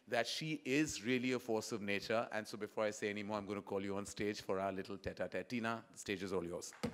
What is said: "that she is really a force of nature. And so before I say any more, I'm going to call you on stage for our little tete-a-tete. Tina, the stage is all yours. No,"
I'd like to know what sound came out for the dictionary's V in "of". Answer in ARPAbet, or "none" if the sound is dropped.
V